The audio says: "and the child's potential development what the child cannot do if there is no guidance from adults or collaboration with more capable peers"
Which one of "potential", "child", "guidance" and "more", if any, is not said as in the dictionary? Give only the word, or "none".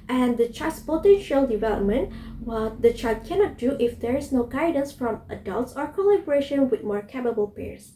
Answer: child